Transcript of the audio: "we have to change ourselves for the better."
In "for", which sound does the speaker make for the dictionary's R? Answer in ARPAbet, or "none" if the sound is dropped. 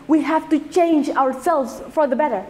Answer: R